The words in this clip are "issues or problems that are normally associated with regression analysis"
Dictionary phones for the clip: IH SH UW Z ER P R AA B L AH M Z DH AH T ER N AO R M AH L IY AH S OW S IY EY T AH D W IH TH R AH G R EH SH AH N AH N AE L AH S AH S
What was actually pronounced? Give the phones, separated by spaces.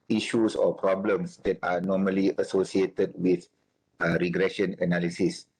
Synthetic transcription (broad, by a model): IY SH UW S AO P R AA B L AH M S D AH T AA N AO M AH L IY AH S OW S IY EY T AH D W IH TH R AH G R EH SH AH N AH N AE L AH S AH S